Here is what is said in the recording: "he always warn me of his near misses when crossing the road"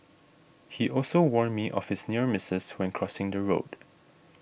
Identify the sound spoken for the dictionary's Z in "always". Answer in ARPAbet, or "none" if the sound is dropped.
none